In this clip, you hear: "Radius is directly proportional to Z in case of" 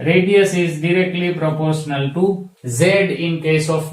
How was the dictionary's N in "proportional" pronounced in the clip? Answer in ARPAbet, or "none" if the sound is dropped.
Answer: N